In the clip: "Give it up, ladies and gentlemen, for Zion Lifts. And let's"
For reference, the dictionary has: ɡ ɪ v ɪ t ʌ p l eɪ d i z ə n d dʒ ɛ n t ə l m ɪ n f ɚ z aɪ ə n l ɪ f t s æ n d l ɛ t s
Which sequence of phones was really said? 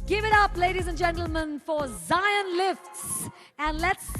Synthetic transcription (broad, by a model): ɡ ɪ v ɪ t ʌ p l eɪ d i z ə n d dʒ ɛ n t l m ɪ n f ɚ z aɪ ə n l ɪ f t s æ n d l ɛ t s